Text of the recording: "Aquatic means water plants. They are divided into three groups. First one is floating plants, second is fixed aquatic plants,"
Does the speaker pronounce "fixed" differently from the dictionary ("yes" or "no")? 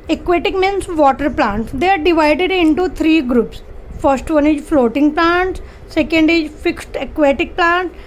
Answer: no